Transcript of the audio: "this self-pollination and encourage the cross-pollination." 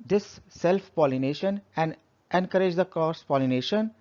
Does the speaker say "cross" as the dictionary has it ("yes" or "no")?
no